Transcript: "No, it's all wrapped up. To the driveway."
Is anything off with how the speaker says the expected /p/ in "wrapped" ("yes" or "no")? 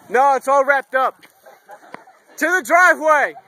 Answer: no